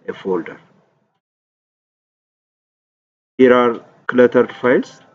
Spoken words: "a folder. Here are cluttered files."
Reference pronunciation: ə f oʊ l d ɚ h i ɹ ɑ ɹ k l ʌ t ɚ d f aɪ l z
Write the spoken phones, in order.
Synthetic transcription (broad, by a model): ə f oʊ l d ɚ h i ɹ ɑ ɹ k l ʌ t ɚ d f aɪ l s